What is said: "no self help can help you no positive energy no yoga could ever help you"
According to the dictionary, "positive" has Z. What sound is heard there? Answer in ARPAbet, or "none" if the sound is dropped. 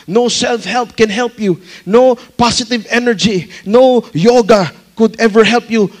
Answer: S